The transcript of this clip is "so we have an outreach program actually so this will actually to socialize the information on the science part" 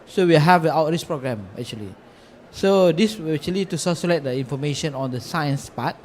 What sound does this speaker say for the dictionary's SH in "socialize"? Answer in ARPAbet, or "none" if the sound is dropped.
S